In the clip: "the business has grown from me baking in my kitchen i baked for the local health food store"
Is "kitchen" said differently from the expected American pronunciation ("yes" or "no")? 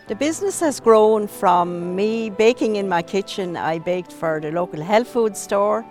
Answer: no